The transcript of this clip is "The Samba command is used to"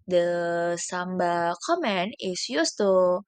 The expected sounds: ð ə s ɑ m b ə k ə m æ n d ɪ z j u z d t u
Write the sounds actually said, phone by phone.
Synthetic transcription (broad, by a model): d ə s ɑ m b ə k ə m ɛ n ɪ s j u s t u